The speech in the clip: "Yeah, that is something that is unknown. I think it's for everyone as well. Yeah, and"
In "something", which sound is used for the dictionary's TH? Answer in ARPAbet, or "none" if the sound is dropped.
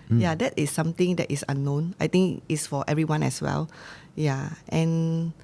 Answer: T